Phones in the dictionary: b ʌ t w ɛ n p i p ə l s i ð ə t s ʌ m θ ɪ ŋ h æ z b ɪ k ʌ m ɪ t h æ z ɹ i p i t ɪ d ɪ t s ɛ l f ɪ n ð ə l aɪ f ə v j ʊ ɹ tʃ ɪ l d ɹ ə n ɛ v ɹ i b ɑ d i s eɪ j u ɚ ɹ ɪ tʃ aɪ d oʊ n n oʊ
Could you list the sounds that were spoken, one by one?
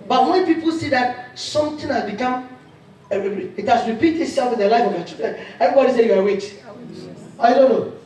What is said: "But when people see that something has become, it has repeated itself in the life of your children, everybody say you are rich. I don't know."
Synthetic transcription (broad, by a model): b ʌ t w ɛ n p i p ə l s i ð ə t s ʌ m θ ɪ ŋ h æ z b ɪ k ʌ m ɪ t h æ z ɹ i p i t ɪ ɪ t s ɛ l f ɪ n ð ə l aɪ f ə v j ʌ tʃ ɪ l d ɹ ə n ɛ v ɹ i b ɑ d i s eɪ j u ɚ w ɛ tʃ aɪ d oʊ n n oʊ